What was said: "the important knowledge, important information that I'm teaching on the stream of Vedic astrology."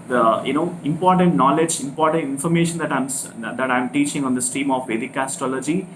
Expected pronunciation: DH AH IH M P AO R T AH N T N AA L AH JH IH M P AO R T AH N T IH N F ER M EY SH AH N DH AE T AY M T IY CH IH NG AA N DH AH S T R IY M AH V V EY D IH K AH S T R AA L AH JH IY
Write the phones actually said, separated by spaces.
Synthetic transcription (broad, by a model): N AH IH M P AO R T AH N T N AA L AH JH IH M P AO R T AH N T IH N F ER M EY SH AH N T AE T AY M T IY CH IH NG AA N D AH S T IY M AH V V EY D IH K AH S T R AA L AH JH IY